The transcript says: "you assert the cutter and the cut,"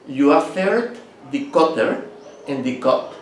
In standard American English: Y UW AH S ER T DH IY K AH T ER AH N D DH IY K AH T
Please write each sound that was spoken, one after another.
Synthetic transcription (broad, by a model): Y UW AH TH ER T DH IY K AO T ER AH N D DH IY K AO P